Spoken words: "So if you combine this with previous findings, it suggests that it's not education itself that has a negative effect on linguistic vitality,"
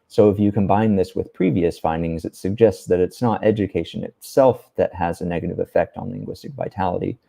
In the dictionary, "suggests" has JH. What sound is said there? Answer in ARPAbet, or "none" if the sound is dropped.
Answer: JH